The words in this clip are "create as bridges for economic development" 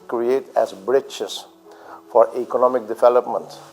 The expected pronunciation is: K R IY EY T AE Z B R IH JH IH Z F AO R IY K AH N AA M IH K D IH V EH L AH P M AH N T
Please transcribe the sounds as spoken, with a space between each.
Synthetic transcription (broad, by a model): K R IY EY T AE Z B R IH CH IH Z F AO R IY K AH N AA M IH K D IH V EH L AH P M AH N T